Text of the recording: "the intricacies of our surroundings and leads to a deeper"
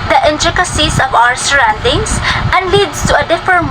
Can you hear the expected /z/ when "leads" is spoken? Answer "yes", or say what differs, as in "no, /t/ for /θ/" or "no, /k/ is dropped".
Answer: no, /s/ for /z/